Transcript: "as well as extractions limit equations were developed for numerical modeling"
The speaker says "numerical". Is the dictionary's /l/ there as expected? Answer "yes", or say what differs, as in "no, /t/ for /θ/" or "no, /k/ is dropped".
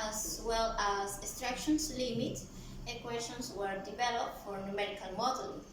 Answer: no, /n/ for /l/